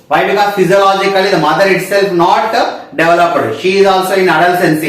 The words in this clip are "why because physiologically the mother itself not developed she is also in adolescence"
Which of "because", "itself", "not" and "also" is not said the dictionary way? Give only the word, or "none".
because